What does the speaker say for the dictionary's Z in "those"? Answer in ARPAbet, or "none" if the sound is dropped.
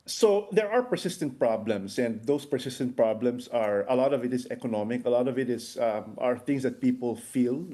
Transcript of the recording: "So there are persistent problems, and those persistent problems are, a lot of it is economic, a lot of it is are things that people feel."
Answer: S